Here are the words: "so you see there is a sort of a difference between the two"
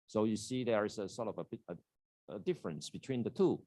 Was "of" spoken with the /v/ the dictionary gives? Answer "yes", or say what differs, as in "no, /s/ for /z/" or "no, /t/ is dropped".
no, /b/ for /v/